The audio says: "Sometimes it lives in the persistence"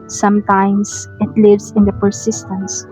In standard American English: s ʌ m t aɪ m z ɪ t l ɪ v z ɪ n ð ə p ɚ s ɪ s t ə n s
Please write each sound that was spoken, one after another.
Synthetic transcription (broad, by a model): s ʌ m t aɪ m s ɪ t l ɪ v s ɪ n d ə p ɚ s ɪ s t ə n s